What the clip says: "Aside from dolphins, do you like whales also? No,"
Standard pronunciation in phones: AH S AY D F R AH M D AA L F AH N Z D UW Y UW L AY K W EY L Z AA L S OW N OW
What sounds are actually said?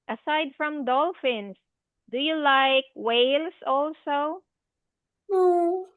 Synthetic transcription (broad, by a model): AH S AY D F R AH M D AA L F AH N S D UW Y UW L AY K W EY L S AA L S OW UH